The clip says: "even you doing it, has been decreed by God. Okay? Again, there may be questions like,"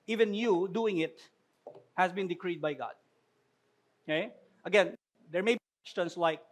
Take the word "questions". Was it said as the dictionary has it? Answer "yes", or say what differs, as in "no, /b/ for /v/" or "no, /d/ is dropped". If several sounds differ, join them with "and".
no, /s/ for /z/